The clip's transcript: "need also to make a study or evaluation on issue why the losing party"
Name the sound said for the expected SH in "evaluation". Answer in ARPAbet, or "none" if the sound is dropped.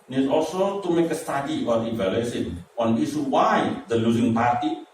S